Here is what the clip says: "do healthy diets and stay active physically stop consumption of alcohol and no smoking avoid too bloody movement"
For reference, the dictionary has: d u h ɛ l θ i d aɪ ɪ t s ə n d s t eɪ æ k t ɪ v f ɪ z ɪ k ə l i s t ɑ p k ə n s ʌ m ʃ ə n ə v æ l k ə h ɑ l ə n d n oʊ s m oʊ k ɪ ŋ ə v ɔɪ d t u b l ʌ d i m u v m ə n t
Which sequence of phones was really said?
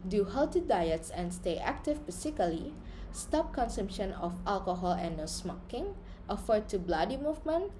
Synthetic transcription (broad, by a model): d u h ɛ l t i d aɪ ɪ t s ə n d s t eɪ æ k t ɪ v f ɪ s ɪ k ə l i s t ɑ p k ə n s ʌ m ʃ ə n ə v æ l k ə h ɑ l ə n n oʊ s m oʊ k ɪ ŋ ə f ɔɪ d t u b l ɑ d i m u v m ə n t